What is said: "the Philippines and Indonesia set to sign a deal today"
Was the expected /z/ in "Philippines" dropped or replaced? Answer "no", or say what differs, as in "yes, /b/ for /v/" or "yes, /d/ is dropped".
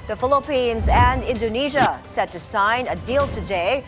no